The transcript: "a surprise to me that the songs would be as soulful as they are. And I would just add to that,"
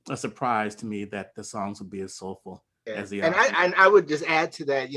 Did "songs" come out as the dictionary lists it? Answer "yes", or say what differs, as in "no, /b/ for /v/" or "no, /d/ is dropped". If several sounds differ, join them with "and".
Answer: yes